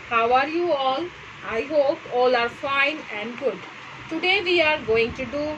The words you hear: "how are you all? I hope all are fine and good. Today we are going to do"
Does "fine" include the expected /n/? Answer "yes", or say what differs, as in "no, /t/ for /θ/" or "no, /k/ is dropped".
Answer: yes